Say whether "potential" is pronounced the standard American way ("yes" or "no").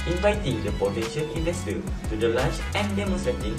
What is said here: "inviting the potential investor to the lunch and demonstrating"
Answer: no